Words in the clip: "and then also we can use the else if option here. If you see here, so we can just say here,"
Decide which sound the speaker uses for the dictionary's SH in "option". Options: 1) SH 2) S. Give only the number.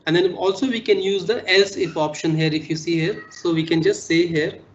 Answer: 1